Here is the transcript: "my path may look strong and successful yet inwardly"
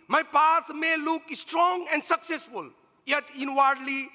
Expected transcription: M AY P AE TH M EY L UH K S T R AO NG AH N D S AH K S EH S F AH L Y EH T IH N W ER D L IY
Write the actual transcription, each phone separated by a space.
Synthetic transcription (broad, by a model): M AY P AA T M EY L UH K S T R AO NG AH N D S AH K S EH S F AH L Y EH T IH N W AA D L IY